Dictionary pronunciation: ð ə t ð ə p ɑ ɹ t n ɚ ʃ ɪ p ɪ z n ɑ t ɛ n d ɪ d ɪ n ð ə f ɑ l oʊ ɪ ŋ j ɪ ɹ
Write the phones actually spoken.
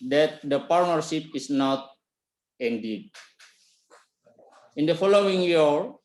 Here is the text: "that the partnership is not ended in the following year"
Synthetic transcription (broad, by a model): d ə t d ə p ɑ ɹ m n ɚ s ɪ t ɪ s n ɑ t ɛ n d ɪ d ɪ n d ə f ɑ l oʊ ɪ ŋ j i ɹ